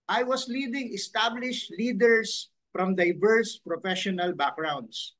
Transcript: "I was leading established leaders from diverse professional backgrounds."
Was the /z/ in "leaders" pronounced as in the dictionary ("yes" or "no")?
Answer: no